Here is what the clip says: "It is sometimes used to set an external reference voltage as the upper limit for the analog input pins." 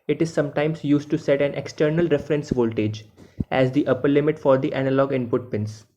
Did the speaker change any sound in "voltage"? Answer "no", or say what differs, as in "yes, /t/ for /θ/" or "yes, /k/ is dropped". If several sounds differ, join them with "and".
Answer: no